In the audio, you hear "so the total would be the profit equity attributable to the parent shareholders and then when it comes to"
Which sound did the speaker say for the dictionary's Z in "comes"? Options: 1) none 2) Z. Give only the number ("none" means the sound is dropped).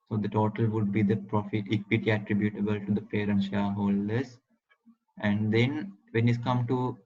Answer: 1